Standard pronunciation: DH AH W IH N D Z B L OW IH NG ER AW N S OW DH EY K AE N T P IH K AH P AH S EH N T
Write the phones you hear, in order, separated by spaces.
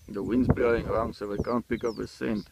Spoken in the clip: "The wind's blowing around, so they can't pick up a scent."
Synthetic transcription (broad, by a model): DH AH W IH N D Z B OW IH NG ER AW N S OW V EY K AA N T P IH K AH P AH S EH N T